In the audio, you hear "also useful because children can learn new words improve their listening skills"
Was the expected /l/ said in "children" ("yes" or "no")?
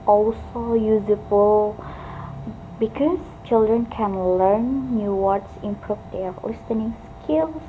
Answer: yes